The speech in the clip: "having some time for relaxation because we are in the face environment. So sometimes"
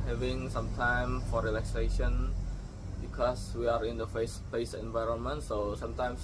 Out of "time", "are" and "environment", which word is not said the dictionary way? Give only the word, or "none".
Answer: none